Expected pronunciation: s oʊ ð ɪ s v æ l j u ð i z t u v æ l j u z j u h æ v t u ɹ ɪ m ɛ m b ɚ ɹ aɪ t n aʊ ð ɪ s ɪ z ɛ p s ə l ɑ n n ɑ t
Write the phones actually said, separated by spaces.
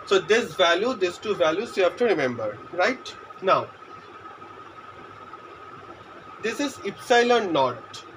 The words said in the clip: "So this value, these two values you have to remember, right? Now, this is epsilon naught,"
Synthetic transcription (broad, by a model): s oʊ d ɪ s v æ l j u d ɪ s t u v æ l j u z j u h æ f t u ɹ ɪ m ɛ m b ɚ ɹ aɪ t n aʊ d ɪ s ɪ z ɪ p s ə l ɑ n n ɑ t